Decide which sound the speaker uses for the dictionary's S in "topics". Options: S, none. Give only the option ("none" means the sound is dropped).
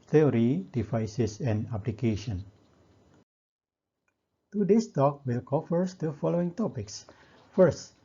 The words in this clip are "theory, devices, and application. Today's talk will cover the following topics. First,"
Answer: S